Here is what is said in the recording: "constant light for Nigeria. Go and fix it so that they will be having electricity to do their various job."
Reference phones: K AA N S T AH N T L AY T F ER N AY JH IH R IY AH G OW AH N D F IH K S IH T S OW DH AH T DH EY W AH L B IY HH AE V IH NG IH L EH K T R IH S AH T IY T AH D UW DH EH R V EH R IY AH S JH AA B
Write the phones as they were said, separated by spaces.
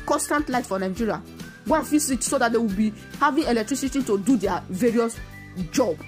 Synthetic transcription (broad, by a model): K AA N S T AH N T L AY T F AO N AY JH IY R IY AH G OW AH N F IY S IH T S OW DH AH T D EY W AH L B IY HH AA V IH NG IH L EH K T R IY S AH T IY T AH D UW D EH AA V EH R IY AH S JH AA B